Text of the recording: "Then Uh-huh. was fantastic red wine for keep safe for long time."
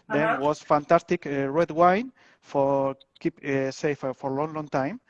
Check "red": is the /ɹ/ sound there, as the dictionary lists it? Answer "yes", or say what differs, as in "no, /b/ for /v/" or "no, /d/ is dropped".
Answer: yes